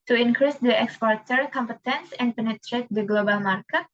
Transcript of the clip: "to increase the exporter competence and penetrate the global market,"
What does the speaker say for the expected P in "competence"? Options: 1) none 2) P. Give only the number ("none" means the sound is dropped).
2